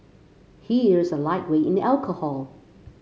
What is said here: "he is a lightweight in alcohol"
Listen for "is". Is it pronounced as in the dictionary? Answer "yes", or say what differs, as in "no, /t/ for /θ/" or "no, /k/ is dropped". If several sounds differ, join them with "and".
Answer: yes